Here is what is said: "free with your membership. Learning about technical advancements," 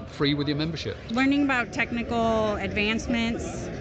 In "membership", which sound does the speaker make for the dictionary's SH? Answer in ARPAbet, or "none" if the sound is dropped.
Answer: SH